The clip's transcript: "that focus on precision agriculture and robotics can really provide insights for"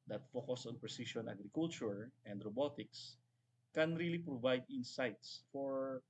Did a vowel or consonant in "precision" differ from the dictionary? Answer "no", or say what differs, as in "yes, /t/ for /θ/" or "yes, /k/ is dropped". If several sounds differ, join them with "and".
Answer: yes, /ʃ/ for /ʒ/